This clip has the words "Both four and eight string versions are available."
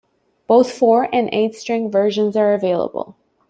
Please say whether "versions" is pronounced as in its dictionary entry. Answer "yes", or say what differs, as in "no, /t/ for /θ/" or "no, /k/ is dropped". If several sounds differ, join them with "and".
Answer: yes